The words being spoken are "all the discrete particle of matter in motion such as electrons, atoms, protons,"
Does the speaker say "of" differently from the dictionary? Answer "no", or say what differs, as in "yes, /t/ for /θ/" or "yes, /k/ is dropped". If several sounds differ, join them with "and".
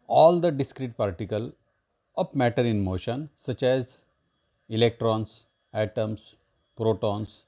yes, /p/ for /v/